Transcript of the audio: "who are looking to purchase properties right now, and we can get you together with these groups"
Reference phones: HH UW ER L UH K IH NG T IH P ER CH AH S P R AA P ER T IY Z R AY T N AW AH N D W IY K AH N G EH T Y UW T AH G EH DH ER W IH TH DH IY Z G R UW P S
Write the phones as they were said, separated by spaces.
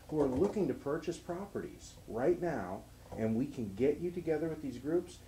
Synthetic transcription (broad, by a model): HH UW ER L UH K IH NG T IH P ER CH AH S P R AA P ER T IY Z R AY T N AW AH N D W IY K AH N G EH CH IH T AH G EH DH ER W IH DH IY Z G R UW P S